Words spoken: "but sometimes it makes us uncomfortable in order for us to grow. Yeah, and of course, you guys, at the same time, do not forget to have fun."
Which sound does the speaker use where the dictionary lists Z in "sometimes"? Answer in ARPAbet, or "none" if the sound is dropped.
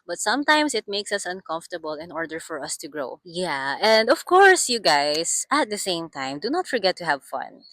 S